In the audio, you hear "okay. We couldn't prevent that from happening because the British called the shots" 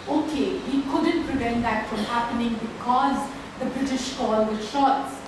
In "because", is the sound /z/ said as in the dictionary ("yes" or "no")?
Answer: yes